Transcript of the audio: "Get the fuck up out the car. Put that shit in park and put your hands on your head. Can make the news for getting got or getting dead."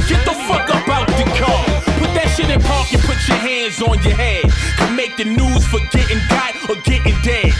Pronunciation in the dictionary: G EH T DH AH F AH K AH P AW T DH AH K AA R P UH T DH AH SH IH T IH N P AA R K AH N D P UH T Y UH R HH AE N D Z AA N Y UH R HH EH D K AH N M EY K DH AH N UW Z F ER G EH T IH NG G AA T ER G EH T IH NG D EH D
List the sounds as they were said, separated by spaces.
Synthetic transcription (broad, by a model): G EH T DH AH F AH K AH B AW T DH AH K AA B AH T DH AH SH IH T N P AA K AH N P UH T Y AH R HH AE N D Z N Y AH R HH EH D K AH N M EY K DH AH N UW Z F ER G EH T IH NG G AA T ER G EH T IH NG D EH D